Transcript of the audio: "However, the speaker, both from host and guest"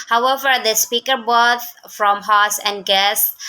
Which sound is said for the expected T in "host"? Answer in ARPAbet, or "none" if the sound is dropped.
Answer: none